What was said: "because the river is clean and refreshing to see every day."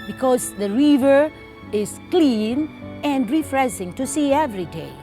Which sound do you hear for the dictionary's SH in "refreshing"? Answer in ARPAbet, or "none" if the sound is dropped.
S